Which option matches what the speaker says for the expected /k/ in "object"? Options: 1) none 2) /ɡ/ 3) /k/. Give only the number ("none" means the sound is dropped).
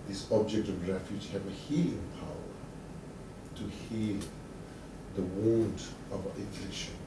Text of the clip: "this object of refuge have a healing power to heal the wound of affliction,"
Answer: 3